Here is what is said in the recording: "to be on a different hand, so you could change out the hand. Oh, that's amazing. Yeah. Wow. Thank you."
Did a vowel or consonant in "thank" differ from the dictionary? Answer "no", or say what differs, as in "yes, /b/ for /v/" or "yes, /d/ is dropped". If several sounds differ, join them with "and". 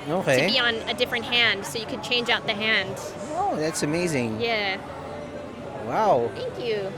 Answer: no